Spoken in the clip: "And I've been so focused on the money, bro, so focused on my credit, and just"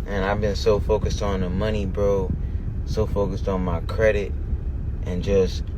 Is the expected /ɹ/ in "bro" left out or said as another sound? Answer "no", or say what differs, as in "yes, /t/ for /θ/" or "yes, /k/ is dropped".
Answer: no